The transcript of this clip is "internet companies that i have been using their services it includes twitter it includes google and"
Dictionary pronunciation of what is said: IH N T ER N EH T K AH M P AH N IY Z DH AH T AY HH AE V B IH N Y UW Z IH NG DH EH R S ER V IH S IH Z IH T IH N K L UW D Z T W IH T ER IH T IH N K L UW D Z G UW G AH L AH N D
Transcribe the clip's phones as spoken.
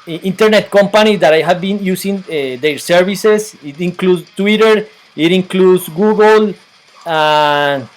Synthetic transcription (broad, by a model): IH N T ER N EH T K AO M P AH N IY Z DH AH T AY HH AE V B IH N Y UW S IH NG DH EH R S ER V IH S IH S IH T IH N K L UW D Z T W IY T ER IH T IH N K L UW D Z G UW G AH L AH